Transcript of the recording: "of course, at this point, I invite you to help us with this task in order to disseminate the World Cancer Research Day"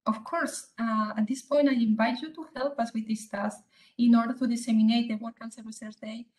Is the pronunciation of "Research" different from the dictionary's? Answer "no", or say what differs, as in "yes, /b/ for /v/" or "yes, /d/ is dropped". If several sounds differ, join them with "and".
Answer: yes, /s/ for /tʃ/